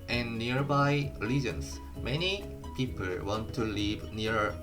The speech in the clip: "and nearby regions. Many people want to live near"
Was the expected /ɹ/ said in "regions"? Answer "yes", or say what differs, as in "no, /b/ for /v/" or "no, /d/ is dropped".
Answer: no, /l/ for /ɹ/